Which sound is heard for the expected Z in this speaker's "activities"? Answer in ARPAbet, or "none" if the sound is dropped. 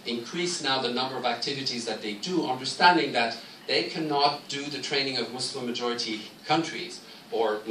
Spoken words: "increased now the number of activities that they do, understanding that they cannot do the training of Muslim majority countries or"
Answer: Z